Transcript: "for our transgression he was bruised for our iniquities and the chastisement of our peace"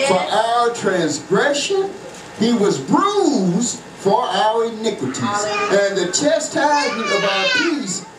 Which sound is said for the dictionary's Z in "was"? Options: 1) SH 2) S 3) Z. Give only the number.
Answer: 3